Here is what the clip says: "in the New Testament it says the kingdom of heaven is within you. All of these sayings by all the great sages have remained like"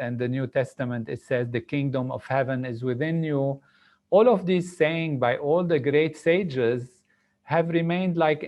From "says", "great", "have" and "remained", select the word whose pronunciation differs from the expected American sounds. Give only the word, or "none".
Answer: none